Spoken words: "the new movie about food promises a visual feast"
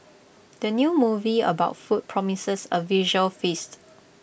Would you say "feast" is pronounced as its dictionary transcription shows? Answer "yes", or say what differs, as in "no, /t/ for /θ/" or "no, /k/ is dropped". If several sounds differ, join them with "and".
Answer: yes